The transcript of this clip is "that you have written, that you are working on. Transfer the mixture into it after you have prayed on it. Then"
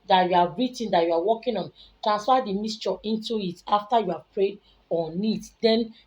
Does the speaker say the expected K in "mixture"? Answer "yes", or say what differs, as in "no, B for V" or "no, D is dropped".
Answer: no, K is dropped